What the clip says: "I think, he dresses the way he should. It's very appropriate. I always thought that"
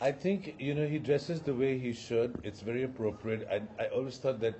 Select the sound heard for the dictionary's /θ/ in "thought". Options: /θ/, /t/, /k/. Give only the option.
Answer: /t/